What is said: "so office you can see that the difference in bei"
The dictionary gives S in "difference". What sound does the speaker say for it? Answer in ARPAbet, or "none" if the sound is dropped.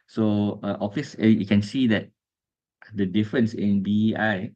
S